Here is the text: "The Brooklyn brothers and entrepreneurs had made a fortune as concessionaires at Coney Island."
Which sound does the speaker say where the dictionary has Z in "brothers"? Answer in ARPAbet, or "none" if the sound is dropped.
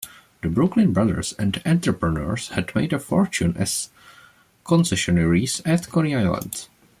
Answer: S